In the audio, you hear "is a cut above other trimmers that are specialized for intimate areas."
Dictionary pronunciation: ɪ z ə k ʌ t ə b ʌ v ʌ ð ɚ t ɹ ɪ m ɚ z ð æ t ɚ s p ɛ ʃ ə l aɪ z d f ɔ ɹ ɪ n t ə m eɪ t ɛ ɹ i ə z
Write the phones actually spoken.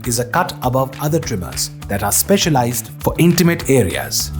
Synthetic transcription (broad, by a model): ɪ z ə k ʌ t ə b ʌ v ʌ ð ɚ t ɹ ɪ m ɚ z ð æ t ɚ s p ɛ ʃ ə l aɪ z d f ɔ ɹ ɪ n t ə m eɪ t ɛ ɹ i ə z